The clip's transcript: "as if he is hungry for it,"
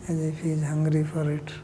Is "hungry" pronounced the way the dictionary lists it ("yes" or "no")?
yes